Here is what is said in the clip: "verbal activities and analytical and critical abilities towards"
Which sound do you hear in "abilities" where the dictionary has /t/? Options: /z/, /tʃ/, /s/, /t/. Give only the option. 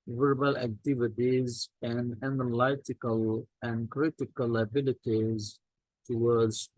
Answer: /t/